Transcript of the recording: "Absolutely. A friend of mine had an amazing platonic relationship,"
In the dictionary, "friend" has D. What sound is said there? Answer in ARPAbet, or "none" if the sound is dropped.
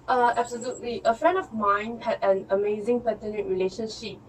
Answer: D